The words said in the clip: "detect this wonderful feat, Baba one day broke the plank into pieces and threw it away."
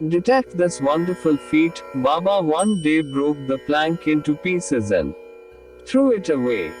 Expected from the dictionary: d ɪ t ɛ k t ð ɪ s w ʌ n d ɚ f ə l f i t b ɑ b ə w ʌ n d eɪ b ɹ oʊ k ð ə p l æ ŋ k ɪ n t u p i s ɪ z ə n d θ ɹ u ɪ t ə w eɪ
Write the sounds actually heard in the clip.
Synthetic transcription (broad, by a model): d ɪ t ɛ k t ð ɪ s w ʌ n d ɚ f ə l f i t b ɑ b ə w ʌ n d eɪ b ɹ oʊ k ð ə p l æ ŋ k ɪ n t u p i s ɪ z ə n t ɹ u ɪ t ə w eɪ